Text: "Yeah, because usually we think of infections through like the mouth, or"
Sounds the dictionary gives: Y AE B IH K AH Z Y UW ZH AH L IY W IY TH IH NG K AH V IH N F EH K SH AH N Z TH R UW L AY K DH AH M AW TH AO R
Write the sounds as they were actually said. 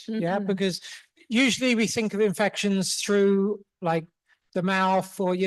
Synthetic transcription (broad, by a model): Y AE B IH K AH Z Y UW ZH AH L IY W IY TH IH NG K AH V IH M F EH K SH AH N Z TH R UW L AY K DH AH M AW TH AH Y